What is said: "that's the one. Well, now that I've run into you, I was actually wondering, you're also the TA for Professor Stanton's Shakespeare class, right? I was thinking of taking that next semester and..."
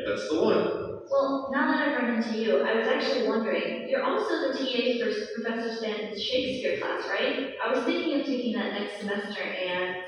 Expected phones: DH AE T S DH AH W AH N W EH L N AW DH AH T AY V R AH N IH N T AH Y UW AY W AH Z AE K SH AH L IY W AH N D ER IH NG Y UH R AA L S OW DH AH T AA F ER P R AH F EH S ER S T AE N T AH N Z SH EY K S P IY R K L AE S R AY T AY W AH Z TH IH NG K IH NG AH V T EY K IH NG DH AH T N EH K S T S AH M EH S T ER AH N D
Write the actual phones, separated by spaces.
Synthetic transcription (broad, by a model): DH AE T S DH AH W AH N W EH L N AW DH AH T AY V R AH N IH N T AH Y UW AY W AH Z AE K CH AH L IY W AH N D ER IH NG Y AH R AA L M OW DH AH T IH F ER P R AH F EH S ER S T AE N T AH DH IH SH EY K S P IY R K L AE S R AY T AY W AH Z TH IH NG K IH NG AH V T EY K IH NG DH AH T N EH K S T S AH M EH S T ER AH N